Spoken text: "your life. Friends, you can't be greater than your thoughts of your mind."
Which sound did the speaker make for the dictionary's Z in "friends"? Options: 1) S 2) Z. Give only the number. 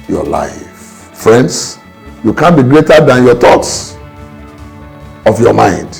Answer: 1